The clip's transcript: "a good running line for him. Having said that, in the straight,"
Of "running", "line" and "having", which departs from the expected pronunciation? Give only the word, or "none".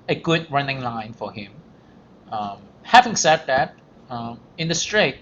none